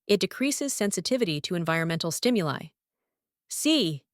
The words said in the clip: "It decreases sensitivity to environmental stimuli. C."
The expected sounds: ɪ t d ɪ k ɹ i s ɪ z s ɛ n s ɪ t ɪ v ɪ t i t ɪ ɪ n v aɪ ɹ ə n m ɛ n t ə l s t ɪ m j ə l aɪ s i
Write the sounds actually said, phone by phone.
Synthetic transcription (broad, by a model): ɪ t d ɪ k ɹ i s ɪ z s ɛ n s ɪ t ɪ v ɪ t i t ɪ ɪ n v aɪ ɹ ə n m ɛ n t l s t ɪ m j ə l aɪ s i